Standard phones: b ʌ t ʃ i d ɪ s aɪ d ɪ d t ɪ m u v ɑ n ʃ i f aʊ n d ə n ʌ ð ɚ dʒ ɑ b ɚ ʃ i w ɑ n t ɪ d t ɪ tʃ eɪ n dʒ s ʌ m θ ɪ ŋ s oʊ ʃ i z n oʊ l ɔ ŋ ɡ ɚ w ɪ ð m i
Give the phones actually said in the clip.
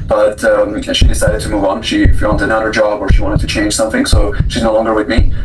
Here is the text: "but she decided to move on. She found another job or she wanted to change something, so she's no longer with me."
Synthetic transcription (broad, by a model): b ʌ t ʃ i d ɪ s aɪ d ɪ d t ɪ m u v n ʃ i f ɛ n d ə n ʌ ɚ dʒ ɑ b ɚ ʃ i w ɑ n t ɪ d t ɪ tʃ eɪ n ʒ s ʌ m θ ɪ ŋ s oʊ ʃ i z n oʊ l ɔ ŋ ɡ ɚ w ɪ ð m i